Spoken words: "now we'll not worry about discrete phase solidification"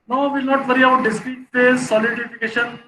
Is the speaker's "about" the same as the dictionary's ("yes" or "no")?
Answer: no